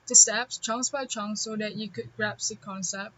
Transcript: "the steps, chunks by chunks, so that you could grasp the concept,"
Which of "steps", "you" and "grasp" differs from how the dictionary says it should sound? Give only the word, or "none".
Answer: grasp